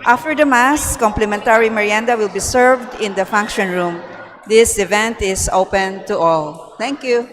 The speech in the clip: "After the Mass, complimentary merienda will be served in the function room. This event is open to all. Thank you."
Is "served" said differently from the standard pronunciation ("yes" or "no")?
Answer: no